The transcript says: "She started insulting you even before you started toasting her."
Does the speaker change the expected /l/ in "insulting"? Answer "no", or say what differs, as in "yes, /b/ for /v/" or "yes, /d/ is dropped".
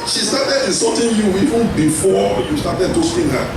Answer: yes, /l/ is dropped